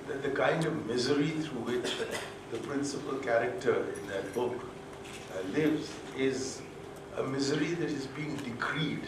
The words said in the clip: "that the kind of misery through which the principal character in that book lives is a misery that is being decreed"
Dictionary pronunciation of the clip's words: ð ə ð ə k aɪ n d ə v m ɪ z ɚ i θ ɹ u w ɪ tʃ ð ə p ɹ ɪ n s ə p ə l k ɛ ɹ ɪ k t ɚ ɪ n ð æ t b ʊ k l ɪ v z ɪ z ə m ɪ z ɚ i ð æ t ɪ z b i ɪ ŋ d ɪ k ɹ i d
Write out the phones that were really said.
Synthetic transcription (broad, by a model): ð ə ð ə k aɪ n d ə v m ɪ z ɚ i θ ɹ u w ɪ tʃ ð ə p ɹ ɪ n s ə p ə l k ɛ ɹ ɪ k t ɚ ɪ n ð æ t b ʊ k l ɪ v z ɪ z ə m ɪ z ɚ i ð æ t ɪ z b i ɪ ŋ d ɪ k ɹ i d